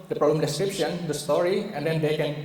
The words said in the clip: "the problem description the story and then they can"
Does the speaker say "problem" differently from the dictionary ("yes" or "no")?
no